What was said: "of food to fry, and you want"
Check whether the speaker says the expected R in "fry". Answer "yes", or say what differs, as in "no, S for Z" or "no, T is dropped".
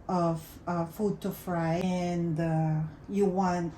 yes